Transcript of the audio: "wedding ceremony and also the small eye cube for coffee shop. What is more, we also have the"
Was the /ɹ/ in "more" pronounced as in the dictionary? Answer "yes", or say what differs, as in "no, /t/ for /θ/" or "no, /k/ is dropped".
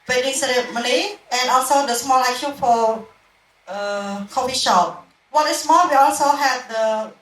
no, /l/ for /ɹ/